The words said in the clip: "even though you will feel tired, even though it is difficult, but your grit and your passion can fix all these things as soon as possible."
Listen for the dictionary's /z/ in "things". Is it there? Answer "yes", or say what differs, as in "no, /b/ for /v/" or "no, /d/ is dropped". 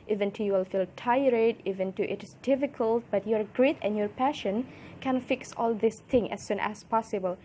no, /z/ is dropped